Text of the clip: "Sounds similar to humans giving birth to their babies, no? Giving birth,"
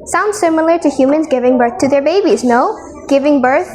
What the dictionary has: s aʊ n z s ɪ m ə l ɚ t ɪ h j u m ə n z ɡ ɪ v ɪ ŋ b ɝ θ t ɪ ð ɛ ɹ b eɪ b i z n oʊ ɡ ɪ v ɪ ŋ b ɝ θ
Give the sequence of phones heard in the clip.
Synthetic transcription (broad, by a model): s aʊ n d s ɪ m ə l ɚ t ɪ h j u m ə n z ɡ ɪ v ɪ ŋ b ɝ θ t ɪ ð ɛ ɹ b eɪ b i z n oʊ ɡ ɪ v ɪ ŋ b ɝ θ